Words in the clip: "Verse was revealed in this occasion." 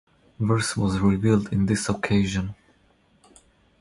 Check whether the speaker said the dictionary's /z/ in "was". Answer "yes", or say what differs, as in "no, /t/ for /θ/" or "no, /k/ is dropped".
yes